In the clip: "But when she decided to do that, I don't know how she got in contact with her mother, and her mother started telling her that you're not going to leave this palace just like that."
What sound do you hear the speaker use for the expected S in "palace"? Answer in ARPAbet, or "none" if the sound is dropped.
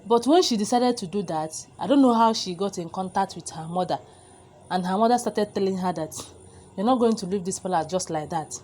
none